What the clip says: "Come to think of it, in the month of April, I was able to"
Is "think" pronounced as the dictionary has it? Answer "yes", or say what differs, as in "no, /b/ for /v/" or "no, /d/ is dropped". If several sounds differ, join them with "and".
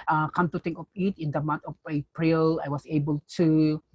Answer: no, /t/ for /θ/